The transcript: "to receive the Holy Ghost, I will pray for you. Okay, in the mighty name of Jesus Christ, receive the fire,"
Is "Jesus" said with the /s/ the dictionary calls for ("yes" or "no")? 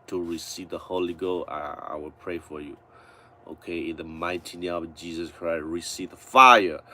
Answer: yes